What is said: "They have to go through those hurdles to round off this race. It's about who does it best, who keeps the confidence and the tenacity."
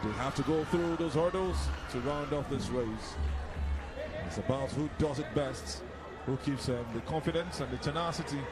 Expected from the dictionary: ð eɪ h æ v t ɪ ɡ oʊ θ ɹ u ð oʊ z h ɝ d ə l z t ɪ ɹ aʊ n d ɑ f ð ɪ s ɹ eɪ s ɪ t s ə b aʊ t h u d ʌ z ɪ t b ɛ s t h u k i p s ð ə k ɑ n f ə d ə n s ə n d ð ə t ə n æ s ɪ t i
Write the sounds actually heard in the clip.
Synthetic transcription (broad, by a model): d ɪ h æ f t ɪ ɡ oʊ θ ɹ u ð oʊ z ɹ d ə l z t ɪ ɹ aʊ n d ɑ f ð ɪ s ɹ eɪ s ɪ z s ə b aʊ t h u d ʌ z ɪ t b ɛ s t h u k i p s ð ə k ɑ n f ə d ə n s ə n ð ə t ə n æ s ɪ t i